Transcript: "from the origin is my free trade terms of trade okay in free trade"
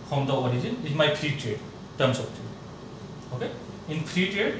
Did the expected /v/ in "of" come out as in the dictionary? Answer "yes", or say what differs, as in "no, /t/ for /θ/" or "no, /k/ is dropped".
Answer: no, /p/ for /v/